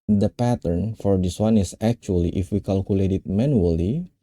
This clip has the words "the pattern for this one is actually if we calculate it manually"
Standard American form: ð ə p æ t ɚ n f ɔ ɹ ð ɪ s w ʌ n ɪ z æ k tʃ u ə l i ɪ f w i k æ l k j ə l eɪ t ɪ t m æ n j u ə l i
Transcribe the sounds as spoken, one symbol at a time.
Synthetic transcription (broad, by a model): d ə p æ t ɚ n f ɔ ɹ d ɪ s w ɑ n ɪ s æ k tʃ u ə l i ɪ f w i k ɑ l k j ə l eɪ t ɪ t m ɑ n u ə l i